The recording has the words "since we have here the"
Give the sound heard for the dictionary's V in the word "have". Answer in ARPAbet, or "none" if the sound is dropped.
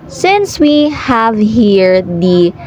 V